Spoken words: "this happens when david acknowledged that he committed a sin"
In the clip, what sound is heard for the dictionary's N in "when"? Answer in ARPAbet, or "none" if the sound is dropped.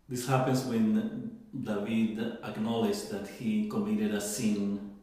N